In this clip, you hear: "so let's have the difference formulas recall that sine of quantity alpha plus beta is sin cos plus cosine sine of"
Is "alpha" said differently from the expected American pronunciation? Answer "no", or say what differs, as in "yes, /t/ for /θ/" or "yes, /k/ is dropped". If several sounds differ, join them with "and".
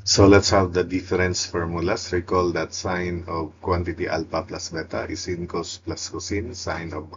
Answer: yes, /p/ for /f/